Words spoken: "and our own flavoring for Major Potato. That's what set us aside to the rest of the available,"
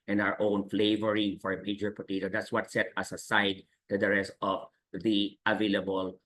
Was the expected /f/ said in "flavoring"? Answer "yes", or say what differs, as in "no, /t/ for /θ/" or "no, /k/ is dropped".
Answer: yes